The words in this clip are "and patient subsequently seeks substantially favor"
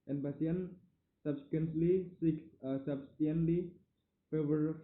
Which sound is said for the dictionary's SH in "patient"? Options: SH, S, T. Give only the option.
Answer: S